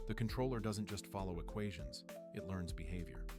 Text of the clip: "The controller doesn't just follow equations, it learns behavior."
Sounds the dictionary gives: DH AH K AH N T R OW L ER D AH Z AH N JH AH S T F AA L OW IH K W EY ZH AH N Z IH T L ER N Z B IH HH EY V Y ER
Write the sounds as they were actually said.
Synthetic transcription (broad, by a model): DH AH K AH N T R OW L ER D AH Z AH N JH AH S T F AA L OW IH K W EY ZH AH N Z IH T L ER N Z B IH HH EY V Y ER